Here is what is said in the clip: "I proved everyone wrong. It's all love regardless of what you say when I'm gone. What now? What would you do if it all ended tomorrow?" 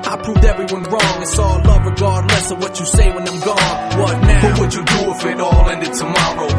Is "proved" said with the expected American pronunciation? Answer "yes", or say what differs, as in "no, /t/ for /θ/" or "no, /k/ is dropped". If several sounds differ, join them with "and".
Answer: yes